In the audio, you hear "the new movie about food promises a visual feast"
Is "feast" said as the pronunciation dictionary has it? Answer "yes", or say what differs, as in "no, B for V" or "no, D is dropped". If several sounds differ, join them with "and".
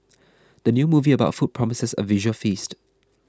yes